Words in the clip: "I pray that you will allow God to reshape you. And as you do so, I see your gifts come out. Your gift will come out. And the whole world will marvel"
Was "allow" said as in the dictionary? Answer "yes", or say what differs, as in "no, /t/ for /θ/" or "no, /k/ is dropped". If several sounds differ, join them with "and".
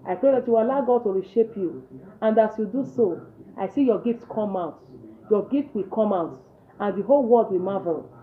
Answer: no, /l/ is dropped